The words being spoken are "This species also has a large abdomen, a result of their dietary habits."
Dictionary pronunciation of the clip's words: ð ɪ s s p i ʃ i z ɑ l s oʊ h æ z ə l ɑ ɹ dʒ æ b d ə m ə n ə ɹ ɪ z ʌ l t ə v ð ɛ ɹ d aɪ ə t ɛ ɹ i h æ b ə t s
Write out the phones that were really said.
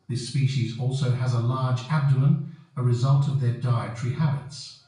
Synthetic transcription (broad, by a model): ð ɪ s s p i ʃ i z ɑ l s oʊ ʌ z ə l ɑ ɹ dʒ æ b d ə ə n ə ɹ ɪ z ʌ l t ə v ð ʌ ɹ d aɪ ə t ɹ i h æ b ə t s